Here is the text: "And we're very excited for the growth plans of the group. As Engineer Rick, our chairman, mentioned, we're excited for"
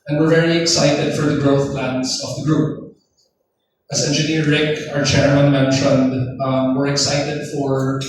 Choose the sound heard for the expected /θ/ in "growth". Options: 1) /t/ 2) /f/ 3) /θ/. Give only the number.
3